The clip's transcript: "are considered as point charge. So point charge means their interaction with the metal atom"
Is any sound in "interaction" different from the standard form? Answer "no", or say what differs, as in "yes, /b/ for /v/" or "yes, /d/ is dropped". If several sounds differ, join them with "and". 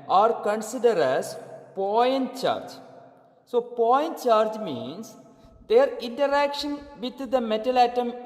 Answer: no